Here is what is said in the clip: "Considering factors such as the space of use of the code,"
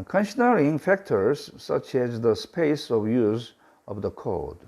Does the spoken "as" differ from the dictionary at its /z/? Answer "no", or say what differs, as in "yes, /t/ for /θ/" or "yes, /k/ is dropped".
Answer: no